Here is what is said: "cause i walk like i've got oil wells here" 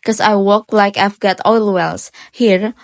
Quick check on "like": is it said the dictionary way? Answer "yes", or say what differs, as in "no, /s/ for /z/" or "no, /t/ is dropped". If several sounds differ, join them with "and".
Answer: yes